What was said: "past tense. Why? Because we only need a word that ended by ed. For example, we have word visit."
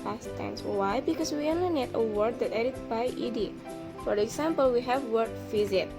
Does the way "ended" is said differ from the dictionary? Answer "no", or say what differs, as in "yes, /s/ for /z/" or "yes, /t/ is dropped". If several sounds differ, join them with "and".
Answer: yes, /n/ is dropped